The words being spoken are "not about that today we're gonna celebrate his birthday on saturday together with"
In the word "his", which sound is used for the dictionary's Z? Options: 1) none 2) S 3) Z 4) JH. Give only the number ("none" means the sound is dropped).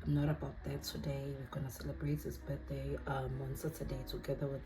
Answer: 2